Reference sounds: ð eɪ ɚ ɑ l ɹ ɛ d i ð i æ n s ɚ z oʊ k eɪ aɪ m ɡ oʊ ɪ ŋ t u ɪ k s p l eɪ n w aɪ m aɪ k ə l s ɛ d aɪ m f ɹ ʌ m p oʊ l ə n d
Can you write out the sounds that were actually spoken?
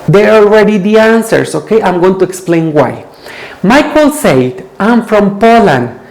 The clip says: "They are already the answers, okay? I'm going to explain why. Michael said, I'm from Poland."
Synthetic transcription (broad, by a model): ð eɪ ɚ ɑ l ɹ ɛ d i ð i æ n s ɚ s oʊ k eɪ aɪ m ɡ oʊ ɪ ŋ t u ɪ k s p l eɪ n w aɪ m aɪ k ə l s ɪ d aɪ m f ɹ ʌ m p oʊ l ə n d